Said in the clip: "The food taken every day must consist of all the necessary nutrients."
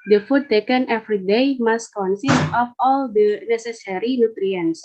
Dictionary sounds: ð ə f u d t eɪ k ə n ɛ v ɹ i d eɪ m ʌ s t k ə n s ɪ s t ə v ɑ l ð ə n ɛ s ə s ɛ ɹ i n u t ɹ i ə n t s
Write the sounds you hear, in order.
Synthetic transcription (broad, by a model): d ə f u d t eɪ k ə n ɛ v ɹ i d eɪ m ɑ s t k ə n s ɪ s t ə f ɑ l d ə n ɛ s ə s ɛ ɹ i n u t ɹ i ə n s